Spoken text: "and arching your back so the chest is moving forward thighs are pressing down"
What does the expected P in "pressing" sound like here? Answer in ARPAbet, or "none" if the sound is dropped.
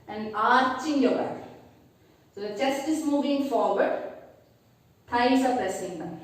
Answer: F